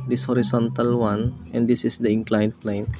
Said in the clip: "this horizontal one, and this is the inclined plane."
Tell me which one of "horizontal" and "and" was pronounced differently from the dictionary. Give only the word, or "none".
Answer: horizontal